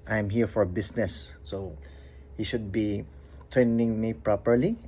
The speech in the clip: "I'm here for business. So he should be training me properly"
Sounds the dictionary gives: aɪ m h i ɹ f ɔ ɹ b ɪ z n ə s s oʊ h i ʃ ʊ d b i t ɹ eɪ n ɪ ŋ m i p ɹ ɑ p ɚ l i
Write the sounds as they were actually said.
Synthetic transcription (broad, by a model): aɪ m h i ɹ f ɔ ɹ b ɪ s n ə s s oʊ h i ʃ ʊ d b i t ɹ eɪ n ɪ ŋ m i p ɹ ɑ p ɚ l i